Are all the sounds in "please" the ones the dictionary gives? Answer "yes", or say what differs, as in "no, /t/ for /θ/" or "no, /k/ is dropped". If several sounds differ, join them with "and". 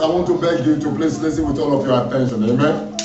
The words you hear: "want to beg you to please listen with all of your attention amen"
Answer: no, /s/ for /z/